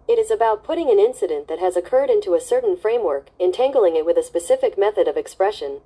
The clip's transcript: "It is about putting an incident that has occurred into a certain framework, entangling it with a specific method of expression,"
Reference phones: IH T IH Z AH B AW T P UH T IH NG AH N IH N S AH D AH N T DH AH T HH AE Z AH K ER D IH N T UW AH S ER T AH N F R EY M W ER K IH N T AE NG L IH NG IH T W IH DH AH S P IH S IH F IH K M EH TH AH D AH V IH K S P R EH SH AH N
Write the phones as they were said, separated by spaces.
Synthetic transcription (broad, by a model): IH T IH Z AH B AW T P UH T IH NG AH N IH N S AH D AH N DH AH T HH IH Z AH K ER D IH N T UW AH S ER T N F R EY M W ER K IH N T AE NG L IH NG IH T W IH DH AH S P IH S IH F IH K M EH TH AH D AH V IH K S P R EH SH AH N